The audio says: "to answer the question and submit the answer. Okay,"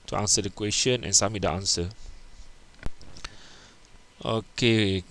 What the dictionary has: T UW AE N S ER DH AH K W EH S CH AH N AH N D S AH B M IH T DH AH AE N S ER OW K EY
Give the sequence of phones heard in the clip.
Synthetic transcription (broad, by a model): T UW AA N S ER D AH K W EH S CH AH N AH N S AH M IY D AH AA N S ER OW K EY